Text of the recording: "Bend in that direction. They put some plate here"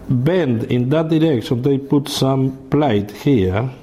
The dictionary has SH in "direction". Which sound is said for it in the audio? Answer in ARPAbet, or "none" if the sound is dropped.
S